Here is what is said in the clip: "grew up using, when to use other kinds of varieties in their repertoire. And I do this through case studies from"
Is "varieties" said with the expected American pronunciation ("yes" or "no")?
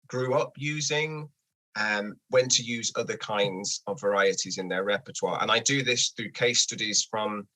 yes